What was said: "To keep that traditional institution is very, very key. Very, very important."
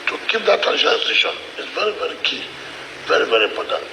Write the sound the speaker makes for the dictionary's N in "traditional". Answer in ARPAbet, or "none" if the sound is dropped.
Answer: none